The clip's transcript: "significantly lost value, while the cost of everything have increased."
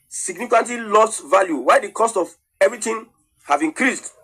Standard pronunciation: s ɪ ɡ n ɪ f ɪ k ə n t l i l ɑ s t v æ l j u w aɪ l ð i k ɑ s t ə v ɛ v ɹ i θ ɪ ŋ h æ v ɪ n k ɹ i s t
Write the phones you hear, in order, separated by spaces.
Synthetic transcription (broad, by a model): s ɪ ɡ n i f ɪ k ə n t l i l ɑ s t v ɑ l j u w aɪ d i k ɑ s t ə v ɛ v ɹ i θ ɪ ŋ h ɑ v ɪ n k ɹ i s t